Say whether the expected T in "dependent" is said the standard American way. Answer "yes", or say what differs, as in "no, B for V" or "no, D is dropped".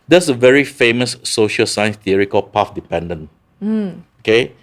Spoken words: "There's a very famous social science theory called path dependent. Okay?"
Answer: no, T is dropped